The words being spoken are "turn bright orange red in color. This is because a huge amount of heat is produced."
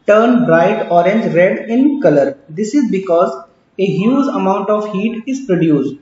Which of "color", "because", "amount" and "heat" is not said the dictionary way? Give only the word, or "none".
none